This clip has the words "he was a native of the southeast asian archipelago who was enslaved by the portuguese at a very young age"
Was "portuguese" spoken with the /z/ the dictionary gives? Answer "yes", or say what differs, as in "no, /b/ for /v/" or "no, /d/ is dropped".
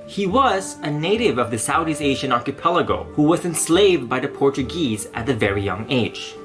yes